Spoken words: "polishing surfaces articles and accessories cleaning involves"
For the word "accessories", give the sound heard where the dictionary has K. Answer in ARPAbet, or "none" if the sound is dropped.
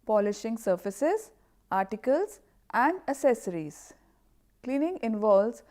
none